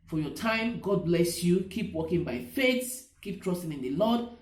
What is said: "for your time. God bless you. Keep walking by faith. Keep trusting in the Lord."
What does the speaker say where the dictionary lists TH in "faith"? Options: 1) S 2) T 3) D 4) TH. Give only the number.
1